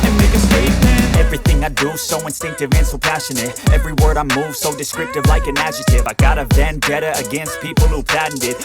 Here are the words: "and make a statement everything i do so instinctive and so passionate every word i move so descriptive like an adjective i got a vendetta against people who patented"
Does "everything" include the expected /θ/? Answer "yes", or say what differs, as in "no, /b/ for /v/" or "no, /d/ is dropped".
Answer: yes